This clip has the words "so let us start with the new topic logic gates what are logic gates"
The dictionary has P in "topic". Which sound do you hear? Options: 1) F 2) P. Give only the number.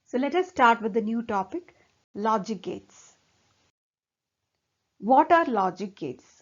2